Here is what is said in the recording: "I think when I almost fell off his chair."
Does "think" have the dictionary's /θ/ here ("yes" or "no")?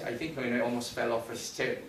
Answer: yes